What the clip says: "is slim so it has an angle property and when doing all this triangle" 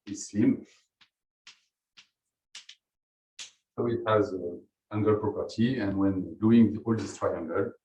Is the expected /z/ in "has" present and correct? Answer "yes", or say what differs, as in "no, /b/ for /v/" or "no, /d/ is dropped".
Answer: yes